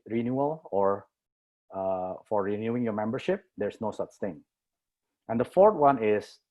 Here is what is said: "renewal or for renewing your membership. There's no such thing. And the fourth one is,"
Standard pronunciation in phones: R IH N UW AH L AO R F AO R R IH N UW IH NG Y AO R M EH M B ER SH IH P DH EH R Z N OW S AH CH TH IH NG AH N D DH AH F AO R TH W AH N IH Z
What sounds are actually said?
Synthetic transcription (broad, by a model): R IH N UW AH L AO R F AO R R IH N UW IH NG Y AO R M EH M B ER SH IH P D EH R S N OW S AH CH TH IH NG AH N D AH F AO R T W AH N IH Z